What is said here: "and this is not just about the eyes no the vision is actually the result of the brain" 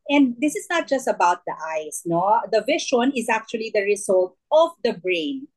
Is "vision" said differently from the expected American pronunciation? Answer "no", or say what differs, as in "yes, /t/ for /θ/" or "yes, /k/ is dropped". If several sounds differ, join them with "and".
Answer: yes, /ʃ/ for /ʒ/